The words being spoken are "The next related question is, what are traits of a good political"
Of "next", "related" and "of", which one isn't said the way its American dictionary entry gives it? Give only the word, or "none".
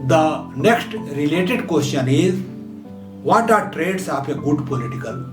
of